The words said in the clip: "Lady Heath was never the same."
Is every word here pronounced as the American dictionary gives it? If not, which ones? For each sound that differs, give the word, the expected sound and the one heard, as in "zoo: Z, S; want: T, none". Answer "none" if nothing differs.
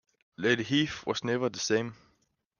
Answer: was: Z, S